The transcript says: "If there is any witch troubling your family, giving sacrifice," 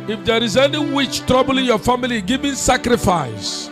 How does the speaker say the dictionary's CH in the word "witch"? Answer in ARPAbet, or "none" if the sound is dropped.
CH